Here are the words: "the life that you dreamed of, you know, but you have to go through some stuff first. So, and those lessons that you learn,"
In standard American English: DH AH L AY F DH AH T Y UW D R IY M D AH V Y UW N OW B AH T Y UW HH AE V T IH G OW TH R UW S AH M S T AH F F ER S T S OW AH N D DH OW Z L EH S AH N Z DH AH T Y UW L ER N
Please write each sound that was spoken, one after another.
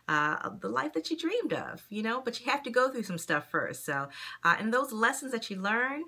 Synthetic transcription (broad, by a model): DH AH L AY F DH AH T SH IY D R IY M D AH V Y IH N OW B AH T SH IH HH AE F T IH G OW TH R UW S AH M S T AH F F ER S T S OW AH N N DH OW Z L EH S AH N Z DH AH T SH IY L ER N